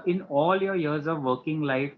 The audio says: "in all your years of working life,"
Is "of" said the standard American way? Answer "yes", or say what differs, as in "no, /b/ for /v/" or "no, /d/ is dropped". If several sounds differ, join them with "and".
yes